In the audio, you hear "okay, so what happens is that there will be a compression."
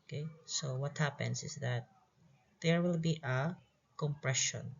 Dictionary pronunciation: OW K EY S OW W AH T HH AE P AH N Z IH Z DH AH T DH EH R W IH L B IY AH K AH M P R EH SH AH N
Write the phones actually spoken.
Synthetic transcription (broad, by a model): K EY S OW W AH T HH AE P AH N S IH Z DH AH T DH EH R W IH L B IY AH K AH M P R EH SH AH N